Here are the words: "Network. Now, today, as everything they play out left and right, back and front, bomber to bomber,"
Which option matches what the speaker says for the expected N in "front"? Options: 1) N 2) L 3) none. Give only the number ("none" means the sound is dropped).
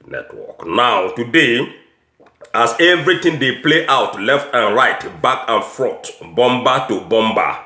3